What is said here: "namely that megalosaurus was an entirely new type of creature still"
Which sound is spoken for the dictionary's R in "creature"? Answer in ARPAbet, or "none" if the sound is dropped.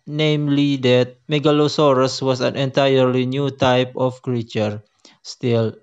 R